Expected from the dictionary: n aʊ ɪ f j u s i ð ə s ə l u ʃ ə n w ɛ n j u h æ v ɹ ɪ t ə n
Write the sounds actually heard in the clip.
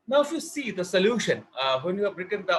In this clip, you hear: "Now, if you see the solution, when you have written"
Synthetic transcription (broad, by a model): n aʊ ɪ f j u s i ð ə s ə l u ʃ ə n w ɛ n j u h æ b ɹ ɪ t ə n